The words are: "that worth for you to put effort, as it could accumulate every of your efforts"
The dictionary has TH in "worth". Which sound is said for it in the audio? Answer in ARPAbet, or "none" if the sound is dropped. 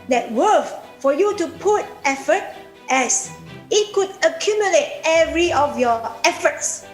F